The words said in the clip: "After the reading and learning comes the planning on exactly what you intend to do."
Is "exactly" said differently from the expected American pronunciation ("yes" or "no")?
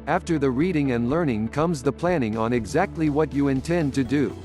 no